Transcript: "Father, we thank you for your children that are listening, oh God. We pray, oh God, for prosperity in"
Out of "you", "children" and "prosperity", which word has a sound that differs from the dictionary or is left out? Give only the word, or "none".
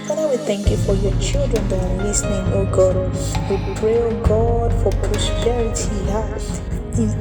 none